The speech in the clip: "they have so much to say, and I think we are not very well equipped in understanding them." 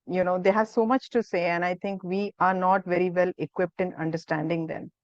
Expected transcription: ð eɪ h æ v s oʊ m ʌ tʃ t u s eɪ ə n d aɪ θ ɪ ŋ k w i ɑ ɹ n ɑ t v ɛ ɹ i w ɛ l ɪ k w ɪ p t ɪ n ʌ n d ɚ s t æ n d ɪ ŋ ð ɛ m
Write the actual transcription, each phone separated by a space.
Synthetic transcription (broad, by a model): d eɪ h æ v s oʊ m ʌ tʃ t u s eɪ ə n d aɪ t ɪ ŋ k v i ɑ ɹ n ɑ t v ɛ ɹ i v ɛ l ɪ k w ɪ p t ɪ n ʌ n d ɚ s t æ n d ɪ ŋ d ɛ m